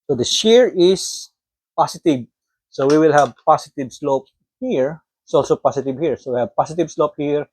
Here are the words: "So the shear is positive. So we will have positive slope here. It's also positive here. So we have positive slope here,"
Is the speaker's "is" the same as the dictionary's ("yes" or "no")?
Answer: no